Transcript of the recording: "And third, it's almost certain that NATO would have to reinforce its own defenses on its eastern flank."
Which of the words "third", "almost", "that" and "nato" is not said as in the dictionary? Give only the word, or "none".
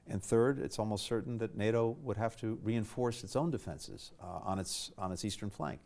none